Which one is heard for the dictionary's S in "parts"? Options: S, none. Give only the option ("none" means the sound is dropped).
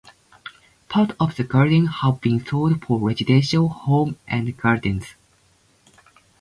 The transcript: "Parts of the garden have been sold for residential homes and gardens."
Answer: none